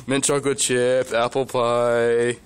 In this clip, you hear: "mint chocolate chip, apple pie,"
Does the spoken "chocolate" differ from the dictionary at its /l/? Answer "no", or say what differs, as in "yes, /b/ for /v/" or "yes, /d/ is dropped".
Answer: yes, /w/ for /l/